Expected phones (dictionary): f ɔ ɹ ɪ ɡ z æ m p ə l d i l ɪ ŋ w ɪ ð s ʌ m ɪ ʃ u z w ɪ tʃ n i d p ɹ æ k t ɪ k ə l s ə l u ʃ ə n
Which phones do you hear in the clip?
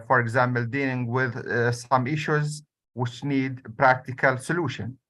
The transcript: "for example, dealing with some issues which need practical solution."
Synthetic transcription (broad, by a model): f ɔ ɹ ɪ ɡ z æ m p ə l d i l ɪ ŋ w ɪ ð s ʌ m ɪ ʃ u z w ɪ tʃ n i d p ɹ æ k t ɪ k ə l s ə l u ʃ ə n